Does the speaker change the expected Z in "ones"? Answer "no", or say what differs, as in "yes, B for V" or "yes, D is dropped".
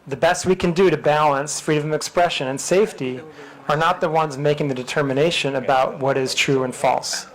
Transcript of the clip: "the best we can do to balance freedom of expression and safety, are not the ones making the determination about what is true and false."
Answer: no